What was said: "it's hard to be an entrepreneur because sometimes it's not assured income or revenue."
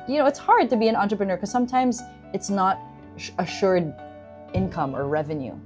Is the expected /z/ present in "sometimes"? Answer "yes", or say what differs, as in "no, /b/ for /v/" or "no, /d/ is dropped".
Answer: yes